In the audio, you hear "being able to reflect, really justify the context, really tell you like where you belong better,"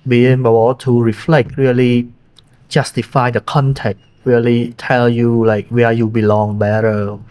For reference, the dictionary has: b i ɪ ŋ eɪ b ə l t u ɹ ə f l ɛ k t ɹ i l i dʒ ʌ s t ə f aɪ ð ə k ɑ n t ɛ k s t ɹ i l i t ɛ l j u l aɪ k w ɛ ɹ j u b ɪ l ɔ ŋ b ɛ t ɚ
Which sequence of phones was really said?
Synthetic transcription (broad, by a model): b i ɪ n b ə w t u ɹ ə f l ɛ k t ɹ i l i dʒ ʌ s t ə f aɪ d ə k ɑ n t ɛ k t ɹ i l i t ɛ l j u l aɪ k w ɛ j u b ɪ l ɔ ŋ b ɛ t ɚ